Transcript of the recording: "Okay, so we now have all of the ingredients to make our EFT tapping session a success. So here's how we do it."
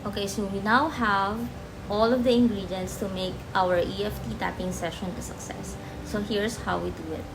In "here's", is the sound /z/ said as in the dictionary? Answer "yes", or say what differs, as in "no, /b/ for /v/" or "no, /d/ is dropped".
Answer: no, /s/ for /z/